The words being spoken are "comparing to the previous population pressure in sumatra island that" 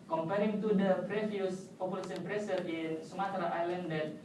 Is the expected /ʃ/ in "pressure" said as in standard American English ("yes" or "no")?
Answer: no